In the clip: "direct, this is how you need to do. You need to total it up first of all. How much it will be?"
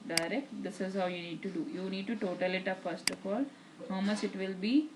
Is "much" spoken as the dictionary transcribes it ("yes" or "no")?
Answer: no